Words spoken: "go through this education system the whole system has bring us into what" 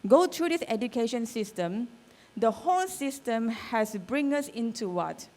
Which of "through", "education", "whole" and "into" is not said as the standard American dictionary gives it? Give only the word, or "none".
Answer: through